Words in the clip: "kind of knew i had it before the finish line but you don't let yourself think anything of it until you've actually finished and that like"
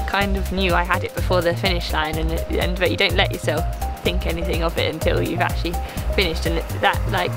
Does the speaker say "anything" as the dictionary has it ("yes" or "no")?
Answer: yes